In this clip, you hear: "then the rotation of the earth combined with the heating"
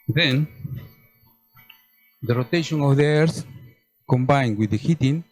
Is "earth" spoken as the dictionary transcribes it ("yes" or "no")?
no